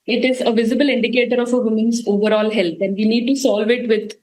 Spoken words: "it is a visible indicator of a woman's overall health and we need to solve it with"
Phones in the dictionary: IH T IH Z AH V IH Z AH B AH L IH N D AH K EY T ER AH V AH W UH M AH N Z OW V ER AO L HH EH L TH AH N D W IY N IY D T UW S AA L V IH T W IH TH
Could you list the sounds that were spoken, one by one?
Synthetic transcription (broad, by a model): IH T IH Z AH V IH Z AH B AH L IH N D AH K EY T ER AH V AH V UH M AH N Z OW V ER AO L HH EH L T AH N D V IY N IY D T UW S AA L V IH T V IH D